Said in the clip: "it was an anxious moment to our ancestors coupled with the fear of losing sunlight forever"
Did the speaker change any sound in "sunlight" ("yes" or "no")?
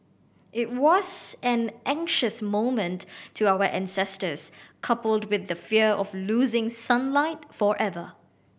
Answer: no